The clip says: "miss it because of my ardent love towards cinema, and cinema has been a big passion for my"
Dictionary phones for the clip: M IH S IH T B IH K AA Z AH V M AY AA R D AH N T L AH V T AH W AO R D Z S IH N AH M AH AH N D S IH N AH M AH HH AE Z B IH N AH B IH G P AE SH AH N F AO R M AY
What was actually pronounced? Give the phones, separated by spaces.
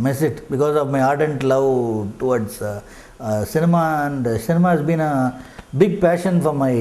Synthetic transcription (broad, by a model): M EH S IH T B IH K AA Z AH V M AY AA R D AH N T L AH V T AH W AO R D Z S IH N AH M AH AH N D S IH N AH M AH HH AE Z B IH N AH B IH G P AE SH AH N F AO R M AY